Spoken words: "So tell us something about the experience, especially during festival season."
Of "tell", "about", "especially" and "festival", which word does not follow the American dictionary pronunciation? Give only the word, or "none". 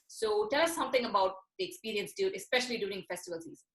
none